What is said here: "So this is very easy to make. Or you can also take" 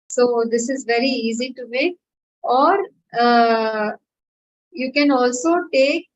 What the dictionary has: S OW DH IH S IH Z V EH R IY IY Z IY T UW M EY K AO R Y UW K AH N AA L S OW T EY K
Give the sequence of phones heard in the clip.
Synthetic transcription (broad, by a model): S OW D IH S IH Z V EH R IY IY Z IY T UW M EY K AO R Y UW K AH N AA L S OW T EY K